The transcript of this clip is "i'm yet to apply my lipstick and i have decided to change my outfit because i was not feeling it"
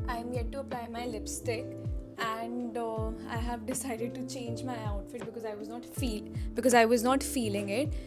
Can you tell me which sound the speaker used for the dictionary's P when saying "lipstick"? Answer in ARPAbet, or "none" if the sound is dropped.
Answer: P